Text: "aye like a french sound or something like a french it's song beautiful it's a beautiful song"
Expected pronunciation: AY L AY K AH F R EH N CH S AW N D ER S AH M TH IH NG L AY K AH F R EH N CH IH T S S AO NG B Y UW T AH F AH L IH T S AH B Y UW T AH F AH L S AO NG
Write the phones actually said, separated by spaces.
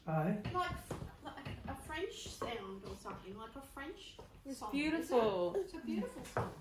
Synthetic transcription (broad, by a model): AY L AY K AH F R EH N CH S AW N D ER S AH M TH IH NG L AY K AH F R EH N CH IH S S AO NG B Y UW T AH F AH L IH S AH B Y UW T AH F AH L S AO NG